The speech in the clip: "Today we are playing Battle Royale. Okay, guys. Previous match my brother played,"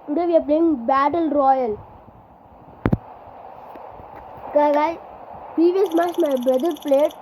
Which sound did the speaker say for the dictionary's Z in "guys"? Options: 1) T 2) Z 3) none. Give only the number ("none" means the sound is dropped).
3